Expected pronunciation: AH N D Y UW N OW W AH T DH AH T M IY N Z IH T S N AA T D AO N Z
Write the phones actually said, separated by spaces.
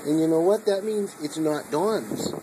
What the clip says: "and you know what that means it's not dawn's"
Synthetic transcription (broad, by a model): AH N Y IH N OW W AH T DH AH T M IY N Z IH T S N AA T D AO N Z